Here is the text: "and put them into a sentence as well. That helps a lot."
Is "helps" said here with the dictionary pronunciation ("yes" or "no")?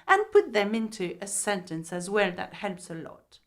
yes